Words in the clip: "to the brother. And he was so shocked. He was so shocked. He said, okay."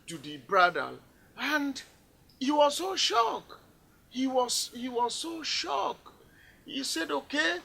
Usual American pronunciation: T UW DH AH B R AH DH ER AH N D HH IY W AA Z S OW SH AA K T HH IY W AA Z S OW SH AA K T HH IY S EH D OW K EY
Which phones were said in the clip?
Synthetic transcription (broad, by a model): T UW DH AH B R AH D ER AH N D HH IY W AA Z S OW SH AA K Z HH IY W AA Z S OW SH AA K HH IY S EH D OW K EY